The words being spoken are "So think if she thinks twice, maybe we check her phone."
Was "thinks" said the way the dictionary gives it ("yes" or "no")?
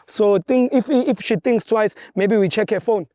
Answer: no